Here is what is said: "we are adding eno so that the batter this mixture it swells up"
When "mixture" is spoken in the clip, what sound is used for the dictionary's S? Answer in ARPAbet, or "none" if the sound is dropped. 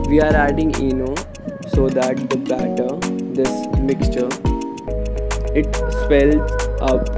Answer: S